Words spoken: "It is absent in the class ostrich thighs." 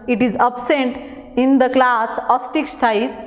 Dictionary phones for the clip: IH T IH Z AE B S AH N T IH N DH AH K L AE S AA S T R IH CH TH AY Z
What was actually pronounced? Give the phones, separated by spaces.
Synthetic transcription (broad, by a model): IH T IH Z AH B S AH N T IH N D AH K L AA S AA S T IH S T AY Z